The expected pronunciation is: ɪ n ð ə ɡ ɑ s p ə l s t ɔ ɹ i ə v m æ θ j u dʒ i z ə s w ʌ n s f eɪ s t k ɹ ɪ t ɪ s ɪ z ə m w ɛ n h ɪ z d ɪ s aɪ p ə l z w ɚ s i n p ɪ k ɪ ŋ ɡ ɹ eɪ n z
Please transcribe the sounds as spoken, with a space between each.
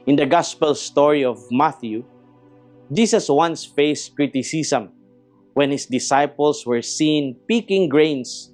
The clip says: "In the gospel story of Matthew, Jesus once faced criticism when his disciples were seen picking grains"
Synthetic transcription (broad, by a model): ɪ n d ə ɡ ɑ s p ə l s t ɔ ɹ i ə v m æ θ j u dʒ i s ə s w ʌ n s f eɪ s k ɹ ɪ t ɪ s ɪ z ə m w ɛ n h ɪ s d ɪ s aɪ p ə l s w ɚ s i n p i k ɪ ŋ ɡ ɹ eɪ n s